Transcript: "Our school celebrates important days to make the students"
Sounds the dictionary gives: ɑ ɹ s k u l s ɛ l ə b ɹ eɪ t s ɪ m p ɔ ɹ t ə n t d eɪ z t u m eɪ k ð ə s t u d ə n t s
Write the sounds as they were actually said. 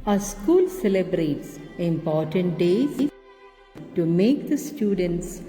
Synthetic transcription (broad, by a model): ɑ s k u l s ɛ l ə b ɹ eɪ t s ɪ m p ɔ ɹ t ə n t d eɪ t u m eɪ k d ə s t u d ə n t s